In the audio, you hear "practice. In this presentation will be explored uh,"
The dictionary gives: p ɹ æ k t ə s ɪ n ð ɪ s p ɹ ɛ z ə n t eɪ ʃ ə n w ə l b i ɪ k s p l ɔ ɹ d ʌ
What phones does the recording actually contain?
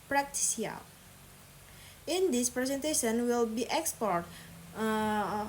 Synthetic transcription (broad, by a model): p ɹ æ k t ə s ɪ n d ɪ s p ɹ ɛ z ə n t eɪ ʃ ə n w ə l b i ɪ k s p ɔ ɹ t